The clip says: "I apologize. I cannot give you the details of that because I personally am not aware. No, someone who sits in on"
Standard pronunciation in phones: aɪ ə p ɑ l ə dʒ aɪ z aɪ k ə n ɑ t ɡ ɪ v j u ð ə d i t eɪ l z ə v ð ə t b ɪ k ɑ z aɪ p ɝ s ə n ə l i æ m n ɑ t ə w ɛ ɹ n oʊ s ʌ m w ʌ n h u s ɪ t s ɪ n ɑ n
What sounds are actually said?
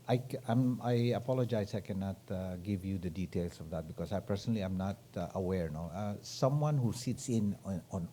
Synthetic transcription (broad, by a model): aɪ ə p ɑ l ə dʒ aɪ s aɪ k ə n ɑ t ɡ ɪ v j u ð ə d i t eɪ l s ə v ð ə t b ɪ k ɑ s aɪ p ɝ s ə n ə l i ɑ m n ɑ t ə w ɛ ɹ n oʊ s ʌ m w ʌ n h u s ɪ t s ɪ n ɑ n